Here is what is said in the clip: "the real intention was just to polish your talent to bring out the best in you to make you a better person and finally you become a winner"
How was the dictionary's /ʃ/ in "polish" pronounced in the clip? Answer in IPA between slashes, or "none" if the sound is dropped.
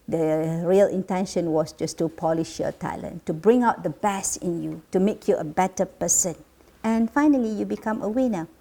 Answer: /ʃ/